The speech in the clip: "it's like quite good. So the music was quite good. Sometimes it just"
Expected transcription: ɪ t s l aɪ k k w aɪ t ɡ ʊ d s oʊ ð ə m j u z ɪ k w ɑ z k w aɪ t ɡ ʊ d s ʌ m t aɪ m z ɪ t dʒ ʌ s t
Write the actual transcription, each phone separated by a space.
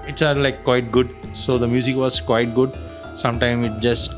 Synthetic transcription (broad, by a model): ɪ t s l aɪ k k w aɪ t ɡ ʊ d s oʊ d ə m j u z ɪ k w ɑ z k w aɪ t ɡ ʊ d s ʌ m t aɪ m ɪ t dʒ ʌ s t